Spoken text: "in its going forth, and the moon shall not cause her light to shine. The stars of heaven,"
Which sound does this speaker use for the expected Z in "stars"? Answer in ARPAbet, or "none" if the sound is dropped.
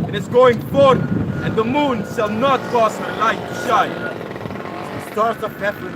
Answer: S